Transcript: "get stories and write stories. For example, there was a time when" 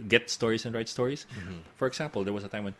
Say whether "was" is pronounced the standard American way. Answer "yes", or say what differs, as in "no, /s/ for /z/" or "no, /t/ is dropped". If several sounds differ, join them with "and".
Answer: no, /s/ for /z/